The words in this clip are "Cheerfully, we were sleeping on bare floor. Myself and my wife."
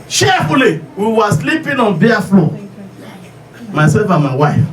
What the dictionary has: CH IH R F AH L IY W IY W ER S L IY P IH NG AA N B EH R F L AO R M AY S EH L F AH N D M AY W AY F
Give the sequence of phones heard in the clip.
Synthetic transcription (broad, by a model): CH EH F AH L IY W IY W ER S L IY P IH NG AA N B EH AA F L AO M AY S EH F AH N M AY W AY F